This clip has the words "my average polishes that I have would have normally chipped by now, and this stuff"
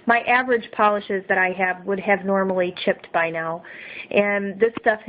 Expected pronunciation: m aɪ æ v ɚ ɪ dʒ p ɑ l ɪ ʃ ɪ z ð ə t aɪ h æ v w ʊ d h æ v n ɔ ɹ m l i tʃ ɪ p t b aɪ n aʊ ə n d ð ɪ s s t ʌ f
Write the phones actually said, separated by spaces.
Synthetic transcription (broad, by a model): m aɪ æ v ɚ ɪ dʒ p ɑ l ɪ ʃ ɪ z ð ə t aɪ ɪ v w ʊ d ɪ v n ɔ ɹ m l i tʃ ɪ p t b aɪ n aʊ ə n ð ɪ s s t ʌ f